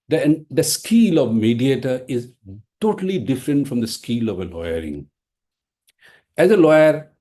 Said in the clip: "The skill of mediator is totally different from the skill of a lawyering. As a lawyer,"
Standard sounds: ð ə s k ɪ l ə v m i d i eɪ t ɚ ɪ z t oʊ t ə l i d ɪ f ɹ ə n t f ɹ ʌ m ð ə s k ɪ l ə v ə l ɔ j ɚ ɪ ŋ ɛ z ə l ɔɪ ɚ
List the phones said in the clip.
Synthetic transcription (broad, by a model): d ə s k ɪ l ə v m i d i eɪ t ɚ ɪ z t oʊ t ə l i d ɪ f ɹ ə n t f ɹ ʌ m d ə s k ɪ l ə v ə l ɔ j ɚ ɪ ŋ ɛ z ə l ɔɪ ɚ